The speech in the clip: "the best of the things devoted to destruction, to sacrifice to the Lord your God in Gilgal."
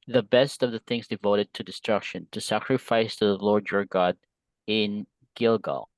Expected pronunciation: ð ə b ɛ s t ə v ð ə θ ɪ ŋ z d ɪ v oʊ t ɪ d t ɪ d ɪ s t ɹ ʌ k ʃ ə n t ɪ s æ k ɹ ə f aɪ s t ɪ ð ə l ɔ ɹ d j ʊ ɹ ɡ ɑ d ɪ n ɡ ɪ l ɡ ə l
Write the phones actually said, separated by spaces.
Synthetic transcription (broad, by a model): ð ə b ɛ s t ə v ð ə θ ɪ ŋ z d ɪ v oʊ t ɪ d t ɪ d ɪ s t ɹ ʌ k ʃ ə n t ɪ s æ k ɹ ə f aɪ s t ɪ ð ə l ɔ ɹ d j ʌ ɹ ɡ ɑ d ɪ n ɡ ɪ l ɡ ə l